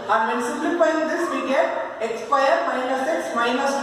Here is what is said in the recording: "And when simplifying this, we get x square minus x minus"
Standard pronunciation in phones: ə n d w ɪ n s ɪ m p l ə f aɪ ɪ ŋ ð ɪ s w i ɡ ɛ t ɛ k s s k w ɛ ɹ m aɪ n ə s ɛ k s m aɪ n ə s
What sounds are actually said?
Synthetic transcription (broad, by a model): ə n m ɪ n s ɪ p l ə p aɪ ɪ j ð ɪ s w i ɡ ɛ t ɛ k s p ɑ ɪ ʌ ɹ m aɪ n ə s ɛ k s m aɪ n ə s